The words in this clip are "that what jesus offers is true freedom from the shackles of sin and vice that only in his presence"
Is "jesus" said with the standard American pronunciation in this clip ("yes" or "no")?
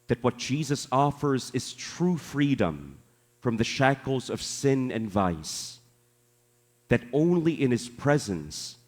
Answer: yes